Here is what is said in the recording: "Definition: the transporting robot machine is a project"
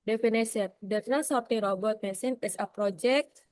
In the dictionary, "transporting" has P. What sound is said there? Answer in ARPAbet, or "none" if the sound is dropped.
none